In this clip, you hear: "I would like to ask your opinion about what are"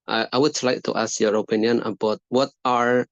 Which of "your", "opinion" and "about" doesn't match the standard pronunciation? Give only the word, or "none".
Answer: none